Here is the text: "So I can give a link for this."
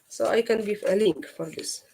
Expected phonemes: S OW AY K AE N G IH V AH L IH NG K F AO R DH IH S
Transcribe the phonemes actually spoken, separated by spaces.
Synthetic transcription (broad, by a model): S OW AY K AE N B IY F AH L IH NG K F AO R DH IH S